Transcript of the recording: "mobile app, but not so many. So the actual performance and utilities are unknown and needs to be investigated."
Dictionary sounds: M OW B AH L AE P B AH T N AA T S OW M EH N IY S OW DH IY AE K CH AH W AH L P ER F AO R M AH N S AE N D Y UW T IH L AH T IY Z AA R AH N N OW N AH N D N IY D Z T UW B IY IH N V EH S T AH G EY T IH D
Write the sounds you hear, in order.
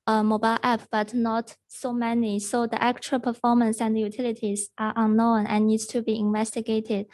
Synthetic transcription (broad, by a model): M OW B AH L AE P B AH T N AA T S OW M EH N IY S OW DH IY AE K CH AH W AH L P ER F AO R M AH N S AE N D Y UW T IH L AH T IY Z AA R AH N N OW N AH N N IY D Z T UW B IY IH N V EH S T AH G EY T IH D